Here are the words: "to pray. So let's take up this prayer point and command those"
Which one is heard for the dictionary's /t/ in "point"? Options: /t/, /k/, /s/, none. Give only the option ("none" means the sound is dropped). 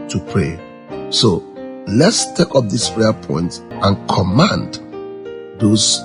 /t/